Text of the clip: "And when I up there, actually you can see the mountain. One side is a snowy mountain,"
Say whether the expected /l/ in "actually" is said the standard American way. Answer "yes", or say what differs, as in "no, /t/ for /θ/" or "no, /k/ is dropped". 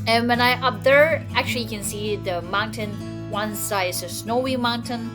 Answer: no, /l/ is dropped